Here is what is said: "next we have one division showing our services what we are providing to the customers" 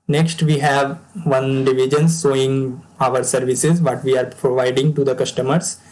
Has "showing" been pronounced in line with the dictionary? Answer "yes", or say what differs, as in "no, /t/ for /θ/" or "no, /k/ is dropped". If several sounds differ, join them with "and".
no, /s/ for /ʃ/